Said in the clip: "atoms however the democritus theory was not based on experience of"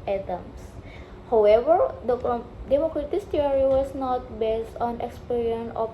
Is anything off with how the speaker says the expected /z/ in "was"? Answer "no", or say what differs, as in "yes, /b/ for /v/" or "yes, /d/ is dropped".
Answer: yes, /s/ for /z/